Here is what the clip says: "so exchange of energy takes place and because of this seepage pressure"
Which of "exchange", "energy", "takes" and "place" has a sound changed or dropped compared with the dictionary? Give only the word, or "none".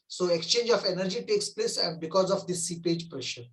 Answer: none